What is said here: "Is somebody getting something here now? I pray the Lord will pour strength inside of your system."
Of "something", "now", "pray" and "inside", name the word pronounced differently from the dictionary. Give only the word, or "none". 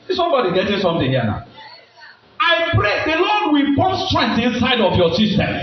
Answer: something